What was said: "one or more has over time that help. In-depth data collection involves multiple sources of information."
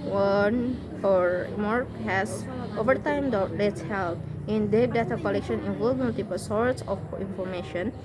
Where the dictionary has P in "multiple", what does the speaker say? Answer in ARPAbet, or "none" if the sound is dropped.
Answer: P